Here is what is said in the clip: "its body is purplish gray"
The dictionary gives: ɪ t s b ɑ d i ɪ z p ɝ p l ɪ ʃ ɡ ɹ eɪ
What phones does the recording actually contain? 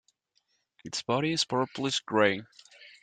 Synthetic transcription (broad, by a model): ɪ t s b ɑ d i ɪ z p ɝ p l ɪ s ɡ ɹ eɪ